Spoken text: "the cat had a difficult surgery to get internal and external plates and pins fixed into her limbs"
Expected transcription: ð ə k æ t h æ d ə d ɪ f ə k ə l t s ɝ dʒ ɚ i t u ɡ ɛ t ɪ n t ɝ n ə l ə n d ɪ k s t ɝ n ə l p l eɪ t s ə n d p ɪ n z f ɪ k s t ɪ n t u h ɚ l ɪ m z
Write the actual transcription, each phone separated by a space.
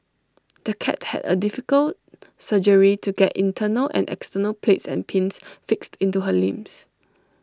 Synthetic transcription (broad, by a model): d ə k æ t h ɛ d ə d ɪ f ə k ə l t s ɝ dʒ ɚ i t u ɡ ɛ t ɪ n t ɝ n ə l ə n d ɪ k s t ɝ n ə l p l eɪ t s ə n p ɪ n s f ɪ k s t ɪ n t u h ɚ l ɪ m s